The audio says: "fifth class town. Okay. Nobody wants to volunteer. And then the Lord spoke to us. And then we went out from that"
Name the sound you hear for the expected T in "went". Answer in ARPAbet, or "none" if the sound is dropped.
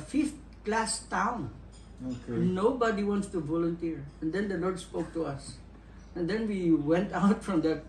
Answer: T